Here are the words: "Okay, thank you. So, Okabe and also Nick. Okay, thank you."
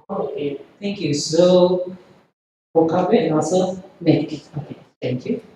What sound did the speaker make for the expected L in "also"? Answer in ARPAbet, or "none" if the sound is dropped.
none